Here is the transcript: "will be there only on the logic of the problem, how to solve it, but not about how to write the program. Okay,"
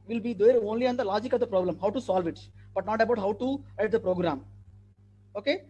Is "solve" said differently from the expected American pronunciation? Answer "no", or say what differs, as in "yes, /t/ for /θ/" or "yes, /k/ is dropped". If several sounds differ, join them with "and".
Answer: no